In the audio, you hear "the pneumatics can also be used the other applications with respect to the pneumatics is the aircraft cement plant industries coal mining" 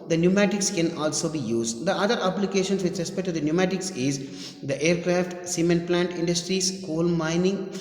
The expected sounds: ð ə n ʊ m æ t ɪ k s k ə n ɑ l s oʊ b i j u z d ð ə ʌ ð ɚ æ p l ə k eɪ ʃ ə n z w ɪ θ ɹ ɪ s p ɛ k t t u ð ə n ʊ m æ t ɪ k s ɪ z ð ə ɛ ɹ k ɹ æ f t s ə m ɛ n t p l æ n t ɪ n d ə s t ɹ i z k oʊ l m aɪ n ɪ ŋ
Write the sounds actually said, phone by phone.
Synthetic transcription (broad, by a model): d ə n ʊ m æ t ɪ k s k ə n ɑ l s oʊ b i j u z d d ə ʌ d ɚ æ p l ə k eɪ ʃ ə n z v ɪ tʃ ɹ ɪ s p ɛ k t t u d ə n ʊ m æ t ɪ k s ɪ z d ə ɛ ɹ k ɹ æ f t s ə m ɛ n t p l æ n t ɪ n d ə s t ɹ i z k oʊ l m aɪ n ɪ ŋ